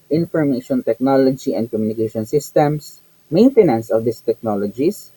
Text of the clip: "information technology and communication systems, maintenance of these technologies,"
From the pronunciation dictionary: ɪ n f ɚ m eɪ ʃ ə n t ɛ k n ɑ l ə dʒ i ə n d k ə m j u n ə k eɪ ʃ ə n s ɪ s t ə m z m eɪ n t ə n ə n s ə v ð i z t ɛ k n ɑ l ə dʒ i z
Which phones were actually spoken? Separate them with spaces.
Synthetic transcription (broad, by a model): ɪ n f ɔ m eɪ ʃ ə n t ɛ k n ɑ l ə dʒ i ə n d k ə m j u n ə k eɪ ʃ ə n s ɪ s t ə m s m eɪ n t ə n ə n s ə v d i s t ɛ k n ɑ l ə dʒ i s